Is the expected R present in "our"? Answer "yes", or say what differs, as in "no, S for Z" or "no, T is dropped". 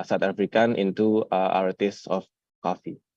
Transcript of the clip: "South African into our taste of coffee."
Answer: yes